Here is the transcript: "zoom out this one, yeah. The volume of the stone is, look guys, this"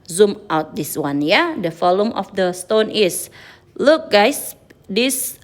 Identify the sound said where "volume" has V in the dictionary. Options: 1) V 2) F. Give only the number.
2